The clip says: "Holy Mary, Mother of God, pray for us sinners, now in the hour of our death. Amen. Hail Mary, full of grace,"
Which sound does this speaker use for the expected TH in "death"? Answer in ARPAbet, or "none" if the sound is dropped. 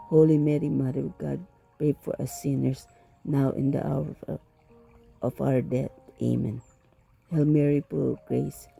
T